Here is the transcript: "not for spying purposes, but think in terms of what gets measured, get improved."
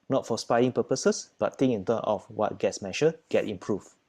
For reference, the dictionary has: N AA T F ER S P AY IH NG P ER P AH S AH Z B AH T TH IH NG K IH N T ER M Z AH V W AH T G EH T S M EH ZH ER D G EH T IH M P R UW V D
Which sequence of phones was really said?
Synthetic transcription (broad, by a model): N AA T F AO S P AY IH NG P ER P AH S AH S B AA T T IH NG IH N T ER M AH F W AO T G EH T S M EH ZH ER G EH T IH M P R UW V